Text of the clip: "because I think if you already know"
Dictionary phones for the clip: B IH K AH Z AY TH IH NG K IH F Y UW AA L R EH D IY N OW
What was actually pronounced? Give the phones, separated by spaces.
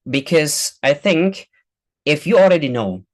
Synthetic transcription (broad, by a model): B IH K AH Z AY TH IH NG K IH F Y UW AA L R EH D IY N OW